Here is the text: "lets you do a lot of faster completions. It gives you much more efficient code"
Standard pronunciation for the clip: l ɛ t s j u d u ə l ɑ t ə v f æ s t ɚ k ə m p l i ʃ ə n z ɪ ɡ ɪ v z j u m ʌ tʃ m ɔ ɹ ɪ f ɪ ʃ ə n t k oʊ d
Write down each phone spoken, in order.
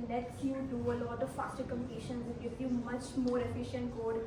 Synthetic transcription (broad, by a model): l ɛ t s j u d u ə l ɑ t ə v f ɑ s t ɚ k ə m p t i ʃ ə n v ɪ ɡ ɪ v j u m ʌ tʃ m ɔ ɹ ɪ f ɪ ʃ ə n t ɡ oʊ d